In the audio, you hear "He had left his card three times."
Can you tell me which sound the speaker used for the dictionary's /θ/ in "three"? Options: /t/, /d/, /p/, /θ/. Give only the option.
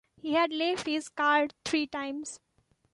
/t/